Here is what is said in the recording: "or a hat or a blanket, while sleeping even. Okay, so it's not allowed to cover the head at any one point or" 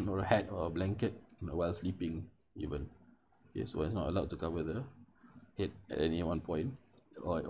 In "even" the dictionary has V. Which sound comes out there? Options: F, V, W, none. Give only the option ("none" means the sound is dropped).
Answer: V